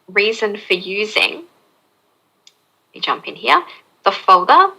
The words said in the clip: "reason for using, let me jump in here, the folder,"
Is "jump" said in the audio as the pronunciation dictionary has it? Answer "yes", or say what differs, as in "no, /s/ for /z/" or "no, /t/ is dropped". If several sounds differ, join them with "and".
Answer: yes